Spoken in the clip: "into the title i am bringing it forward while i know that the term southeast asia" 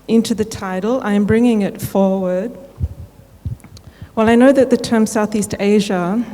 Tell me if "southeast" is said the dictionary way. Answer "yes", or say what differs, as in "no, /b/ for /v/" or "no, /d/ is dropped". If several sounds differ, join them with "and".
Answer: yes